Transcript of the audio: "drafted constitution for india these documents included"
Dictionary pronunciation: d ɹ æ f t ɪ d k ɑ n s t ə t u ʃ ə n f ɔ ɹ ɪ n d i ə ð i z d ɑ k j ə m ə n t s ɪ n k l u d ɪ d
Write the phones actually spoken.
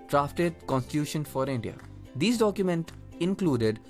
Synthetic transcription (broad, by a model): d ɹ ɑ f t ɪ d k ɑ n s t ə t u ʃ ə n f ɔ ɹ ɪ n d i ə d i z d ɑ k j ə m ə n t ɪ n k l u d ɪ d